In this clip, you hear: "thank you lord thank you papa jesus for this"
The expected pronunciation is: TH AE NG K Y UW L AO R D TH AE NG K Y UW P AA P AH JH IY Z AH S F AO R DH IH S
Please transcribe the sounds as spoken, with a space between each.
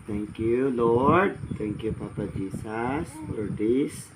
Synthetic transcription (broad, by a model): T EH NG K Y UW L AO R D T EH NG K Y UW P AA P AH JH IY S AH S F AO R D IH S